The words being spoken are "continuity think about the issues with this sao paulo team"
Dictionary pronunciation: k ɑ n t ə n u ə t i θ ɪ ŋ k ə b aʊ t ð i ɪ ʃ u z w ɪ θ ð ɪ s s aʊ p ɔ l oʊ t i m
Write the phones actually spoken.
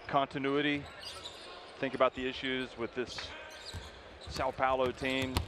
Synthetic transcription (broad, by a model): k ɑ n t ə n u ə t i θ ɪ ŋ k ə b aʊ t ð i ɪ ʃ u z w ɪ ð ɪ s s aʊ p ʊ l oʊ t i m